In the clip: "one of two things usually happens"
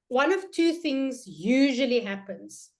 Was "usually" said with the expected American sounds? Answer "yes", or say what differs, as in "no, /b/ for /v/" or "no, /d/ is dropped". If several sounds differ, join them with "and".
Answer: yes